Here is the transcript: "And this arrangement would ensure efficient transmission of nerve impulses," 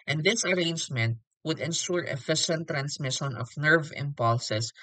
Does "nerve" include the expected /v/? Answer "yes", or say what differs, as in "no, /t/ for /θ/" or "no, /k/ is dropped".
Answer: yes